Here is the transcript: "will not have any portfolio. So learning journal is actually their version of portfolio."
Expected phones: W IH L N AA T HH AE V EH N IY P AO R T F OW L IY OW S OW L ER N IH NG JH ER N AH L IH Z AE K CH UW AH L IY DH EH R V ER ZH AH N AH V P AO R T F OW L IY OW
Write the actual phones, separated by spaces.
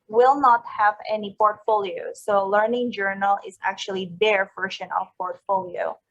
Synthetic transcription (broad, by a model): W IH L N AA T HH AE V EH N IY P AO R T F OW L IY OW S OW L ER N IH NG JH ER N AH L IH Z AE K CH UW AH L IY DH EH R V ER SH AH N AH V P AO R T F OW L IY OW